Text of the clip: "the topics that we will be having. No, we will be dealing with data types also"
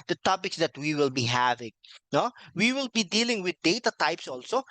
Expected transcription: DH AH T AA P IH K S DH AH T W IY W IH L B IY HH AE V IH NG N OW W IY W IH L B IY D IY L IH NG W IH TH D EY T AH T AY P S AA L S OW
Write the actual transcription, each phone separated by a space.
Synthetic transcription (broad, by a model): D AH T AA P IH K S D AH T W IY W IH L B IY HH AE V IH NG N OW W IY W IH L B IY D IY L IH NG W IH D EY T AH T AY P S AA L S OW